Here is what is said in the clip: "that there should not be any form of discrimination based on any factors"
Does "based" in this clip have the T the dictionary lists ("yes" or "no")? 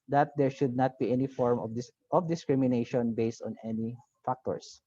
yes